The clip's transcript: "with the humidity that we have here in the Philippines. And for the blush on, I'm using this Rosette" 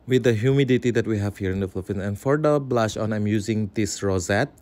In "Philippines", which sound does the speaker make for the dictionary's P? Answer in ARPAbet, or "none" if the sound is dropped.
F